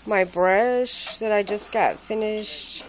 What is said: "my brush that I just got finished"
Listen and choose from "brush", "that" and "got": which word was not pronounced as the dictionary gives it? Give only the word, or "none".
none